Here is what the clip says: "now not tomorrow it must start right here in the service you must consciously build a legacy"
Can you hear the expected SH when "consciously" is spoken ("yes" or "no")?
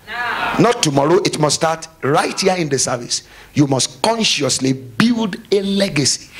yes